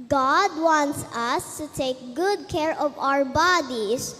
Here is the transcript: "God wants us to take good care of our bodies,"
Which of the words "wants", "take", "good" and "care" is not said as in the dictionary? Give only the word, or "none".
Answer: none